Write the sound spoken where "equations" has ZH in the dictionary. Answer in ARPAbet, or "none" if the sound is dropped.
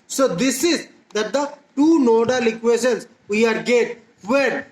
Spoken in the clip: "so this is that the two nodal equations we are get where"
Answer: S